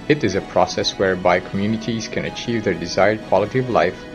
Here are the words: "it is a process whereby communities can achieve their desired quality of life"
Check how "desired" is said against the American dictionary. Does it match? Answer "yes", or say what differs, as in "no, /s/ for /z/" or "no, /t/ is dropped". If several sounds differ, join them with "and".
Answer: yes